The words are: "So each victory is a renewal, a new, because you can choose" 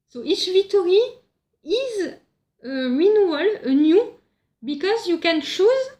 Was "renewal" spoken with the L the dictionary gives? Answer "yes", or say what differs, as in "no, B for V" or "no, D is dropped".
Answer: yes